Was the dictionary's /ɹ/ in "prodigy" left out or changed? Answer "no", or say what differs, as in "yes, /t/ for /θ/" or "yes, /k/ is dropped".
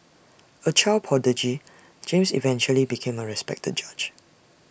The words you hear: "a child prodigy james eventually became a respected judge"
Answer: yes, /ɹ/ is dropped